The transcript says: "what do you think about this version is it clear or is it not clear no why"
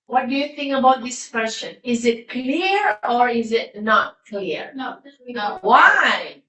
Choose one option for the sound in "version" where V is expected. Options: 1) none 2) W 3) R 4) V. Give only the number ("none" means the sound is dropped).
2